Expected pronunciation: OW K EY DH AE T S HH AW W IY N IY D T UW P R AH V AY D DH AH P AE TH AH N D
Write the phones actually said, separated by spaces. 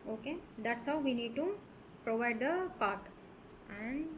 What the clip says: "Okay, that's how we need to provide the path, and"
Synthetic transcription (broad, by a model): OW K EY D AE T S HH AW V IY N IY D T UW P R AH V AY D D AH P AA T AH N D